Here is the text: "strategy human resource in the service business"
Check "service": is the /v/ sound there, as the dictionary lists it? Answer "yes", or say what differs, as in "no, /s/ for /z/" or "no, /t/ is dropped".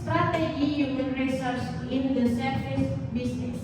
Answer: no, /f/ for /v/